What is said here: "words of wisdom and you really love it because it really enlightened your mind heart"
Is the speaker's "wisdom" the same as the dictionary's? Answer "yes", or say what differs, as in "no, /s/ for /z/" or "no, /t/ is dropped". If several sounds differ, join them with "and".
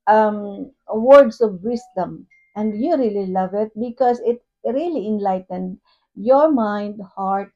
no, /s/ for /z/